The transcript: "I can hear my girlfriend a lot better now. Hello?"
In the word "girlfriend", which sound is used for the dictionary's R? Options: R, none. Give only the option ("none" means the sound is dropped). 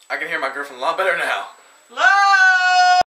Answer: none